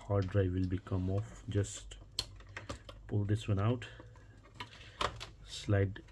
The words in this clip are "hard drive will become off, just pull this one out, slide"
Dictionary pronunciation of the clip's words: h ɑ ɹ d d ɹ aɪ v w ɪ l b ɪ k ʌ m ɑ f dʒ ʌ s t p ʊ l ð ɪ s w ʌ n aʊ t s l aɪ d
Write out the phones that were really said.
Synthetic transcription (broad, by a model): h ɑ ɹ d d ɹ aɪ v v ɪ l b ɪ k ʌ m ɑ f dʒ ʌ s t p ʊ l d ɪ s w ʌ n aʊ t s l aɪ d